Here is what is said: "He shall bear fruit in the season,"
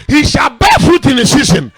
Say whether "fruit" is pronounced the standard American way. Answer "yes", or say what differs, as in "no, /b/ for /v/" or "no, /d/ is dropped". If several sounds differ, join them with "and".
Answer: no, /ɹ/ is dropped